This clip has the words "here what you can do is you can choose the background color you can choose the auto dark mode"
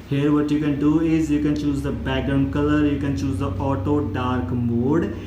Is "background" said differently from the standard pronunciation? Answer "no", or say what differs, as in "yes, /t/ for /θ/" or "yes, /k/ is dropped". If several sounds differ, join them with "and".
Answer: yes, /k/ is dropped